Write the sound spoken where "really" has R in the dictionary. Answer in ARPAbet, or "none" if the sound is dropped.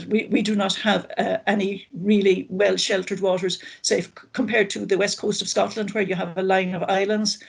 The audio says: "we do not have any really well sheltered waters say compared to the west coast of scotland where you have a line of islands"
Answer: R